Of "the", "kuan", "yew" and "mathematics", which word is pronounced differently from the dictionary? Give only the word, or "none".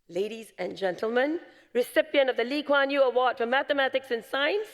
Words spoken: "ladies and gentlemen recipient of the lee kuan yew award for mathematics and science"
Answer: none